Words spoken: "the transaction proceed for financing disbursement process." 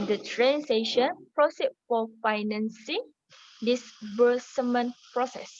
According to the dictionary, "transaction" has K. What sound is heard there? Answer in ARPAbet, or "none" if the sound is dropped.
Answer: none